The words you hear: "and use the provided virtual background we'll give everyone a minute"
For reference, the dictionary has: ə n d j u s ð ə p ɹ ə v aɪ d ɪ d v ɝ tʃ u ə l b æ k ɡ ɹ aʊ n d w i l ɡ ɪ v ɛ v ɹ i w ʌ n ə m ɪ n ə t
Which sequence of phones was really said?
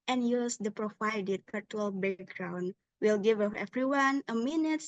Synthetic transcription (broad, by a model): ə n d j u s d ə p ɹ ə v aɪ d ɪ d p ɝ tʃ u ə l b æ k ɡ ɹ aʊ n d w i l ɡ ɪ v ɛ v ɹ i w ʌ n ə m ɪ n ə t